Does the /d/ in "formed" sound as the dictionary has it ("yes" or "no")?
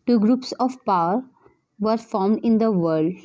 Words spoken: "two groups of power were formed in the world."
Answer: yes